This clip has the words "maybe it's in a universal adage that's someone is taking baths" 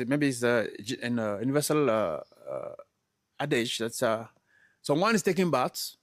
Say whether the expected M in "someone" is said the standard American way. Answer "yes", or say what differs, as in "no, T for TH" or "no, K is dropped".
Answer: no, M is dropped